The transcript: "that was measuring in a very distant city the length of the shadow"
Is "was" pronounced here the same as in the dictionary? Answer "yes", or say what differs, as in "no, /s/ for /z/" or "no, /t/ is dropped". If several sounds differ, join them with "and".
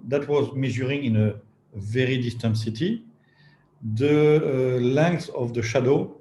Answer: yes